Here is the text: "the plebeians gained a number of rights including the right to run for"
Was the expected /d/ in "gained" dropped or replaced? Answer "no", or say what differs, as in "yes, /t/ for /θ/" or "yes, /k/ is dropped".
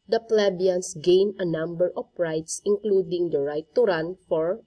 yes, /d/ is dropped